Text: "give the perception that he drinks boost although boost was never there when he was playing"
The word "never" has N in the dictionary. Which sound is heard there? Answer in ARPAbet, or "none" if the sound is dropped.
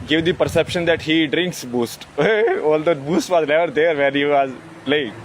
L